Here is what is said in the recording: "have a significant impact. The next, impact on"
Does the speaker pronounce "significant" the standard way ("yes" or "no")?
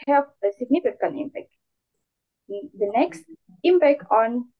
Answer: no